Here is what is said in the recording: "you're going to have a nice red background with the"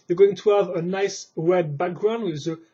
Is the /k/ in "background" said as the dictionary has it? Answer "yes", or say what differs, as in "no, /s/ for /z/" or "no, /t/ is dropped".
yes